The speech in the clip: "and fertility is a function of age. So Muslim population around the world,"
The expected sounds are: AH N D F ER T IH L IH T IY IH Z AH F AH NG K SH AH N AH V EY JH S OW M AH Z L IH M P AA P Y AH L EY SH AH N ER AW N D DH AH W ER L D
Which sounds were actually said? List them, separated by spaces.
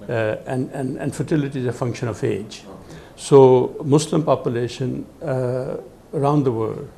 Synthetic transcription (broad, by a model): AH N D F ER T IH L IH T IY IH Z AH F AH NG K SH AH N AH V EY JH S OW M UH S L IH M P AA P Y AH L EY SH AH N ER AW N D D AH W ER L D